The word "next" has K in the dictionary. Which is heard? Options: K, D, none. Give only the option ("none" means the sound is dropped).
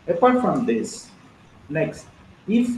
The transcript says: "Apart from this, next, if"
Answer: K